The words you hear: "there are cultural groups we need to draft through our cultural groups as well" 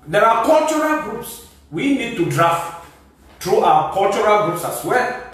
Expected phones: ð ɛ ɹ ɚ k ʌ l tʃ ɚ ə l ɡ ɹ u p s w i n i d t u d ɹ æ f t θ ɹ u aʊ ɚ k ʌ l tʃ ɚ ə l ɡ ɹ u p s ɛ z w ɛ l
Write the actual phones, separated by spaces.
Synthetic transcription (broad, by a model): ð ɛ ɹ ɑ k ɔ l tʃ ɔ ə l ɡ ɹ u p s w i n i d t u d ɹ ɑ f t t ɹ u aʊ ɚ k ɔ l tʃ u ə l ɡ ɹ u p s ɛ s w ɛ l